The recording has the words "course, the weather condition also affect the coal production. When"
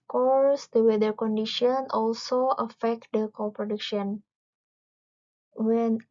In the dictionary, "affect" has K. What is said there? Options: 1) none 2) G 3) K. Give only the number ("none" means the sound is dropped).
3